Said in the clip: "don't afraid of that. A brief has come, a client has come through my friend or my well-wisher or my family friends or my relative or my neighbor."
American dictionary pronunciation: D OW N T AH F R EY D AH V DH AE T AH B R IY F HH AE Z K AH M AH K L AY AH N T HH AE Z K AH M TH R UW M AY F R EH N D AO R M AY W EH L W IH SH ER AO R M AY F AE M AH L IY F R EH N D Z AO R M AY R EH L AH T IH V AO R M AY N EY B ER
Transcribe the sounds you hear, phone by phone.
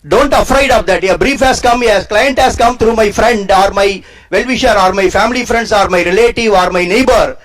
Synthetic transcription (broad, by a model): D OW N T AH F R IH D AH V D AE T AH B R IY F HH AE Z K AH M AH K L AY AH N T HH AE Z K AH M T R UW M AY F R EH N D AO R M AY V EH L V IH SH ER AO R M AY F AE M AH L IY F R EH N D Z AO R M AY R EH L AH T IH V AO R M AY N EY B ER